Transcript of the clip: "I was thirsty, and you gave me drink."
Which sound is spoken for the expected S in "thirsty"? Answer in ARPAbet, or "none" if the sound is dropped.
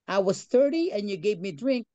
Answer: none